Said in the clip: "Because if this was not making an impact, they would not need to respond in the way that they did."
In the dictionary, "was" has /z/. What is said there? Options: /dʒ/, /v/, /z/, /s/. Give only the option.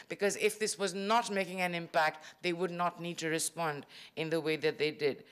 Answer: /z/